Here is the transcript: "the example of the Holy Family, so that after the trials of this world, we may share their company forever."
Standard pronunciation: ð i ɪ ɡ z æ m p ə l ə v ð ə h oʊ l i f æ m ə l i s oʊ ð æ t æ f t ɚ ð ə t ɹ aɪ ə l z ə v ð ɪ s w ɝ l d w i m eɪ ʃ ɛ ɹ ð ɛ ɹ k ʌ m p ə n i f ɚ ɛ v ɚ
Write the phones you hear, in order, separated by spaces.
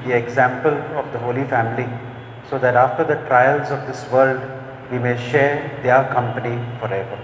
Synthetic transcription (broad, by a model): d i ɪ ɡ z æ m p ə l ə v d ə h oʊ l i f æ m ə l i s oʊ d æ t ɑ f t ɚ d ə t ɹ aɪ ə l z ə v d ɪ s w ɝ l d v i m eɪ ʃ ɛ ɹ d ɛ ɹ k ʌ m p ə n i f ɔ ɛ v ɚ